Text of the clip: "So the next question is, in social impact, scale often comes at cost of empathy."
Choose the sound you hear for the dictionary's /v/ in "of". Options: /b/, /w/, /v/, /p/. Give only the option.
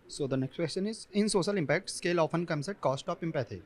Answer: /p/